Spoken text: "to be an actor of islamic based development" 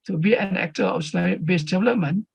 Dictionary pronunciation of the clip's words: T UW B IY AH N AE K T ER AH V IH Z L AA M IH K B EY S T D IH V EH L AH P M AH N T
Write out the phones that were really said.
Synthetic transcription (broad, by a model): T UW B IY AH N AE K T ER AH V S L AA IH B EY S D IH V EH L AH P M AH N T